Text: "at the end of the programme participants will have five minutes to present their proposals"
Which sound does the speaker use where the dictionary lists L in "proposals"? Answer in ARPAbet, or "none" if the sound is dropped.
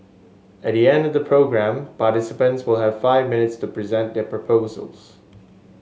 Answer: L